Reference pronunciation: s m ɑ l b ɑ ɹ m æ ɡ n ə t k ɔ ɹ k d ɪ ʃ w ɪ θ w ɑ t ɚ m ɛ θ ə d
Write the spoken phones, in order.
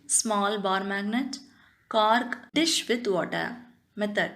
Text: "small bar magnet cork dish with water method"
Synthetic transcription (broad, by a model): s m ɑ l b ɑ ɹ m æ ɡ n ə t k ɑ ɹ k d ɪ ʃ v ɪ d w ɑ t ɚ m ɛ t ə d